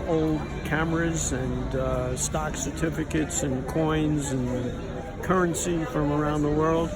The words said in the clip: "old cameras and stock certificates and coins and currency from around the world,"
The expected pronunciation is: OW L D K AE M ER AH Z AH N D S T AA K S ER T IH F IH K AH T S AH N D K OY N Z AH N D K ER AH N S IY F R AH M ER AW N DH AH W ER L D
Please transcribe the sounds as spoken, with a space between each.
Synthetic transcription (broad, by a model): OW L D K AE M ER AH Z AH N S T AA K S ER T IH F IH K AH T S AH N K OY N Z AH N K ER AH N S IY F R AH M ER AW N DH AH W ER L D